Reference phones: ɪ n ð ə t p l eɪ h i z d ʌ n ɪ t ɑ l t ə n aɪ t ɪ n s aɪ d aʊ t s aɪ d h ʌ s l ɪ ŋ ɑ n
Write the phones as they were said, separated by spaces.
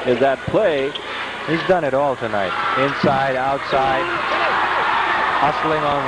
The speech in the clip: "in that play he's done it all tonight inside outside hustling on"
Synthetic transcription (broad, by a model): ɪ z ð ə t p l eɪ h i z d ʌ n ɪ t ɑ l t ə n aɪ t ɪ n s aɪ d aʊ t s aɪ d h ʌ s l ɪ ŋ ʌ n